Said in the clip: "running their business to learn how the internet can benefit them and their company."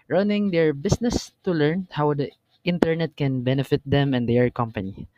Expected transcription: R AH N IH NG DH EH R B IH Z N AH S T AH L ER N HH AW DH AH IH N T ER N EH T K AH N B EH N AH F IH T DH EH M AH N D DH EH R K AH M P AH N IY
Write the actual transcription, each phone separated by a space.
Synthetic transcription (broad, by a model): R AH N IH NG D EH R B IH S N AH S T AH L ER N HH AW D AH IH N T ER N EH T K AH N B EH N AH F IH T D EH M AH N D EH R K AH M P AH N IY